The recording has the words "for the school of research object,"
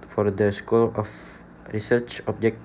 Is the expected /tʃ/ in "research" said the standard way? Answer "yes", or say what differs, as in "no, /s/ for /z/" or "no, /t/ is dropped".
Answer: yes